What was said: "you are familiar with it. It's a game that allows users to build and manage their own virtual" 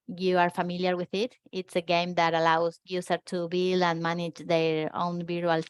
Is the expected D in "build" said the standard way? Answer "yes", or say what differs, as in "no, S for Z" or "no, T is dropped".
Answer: no, D is dropped